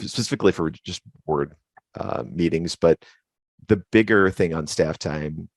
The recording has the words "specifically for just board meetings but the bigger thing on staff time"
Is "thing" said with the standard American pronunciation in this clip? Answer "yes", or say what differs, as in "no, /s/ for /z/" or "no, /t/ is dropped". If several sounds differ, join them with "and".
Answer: yes